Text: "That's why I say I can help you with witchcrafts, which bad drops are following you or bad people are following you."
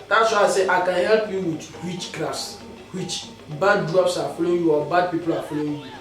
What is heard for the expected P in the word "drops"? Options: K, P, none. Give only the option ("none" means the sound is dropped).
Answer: P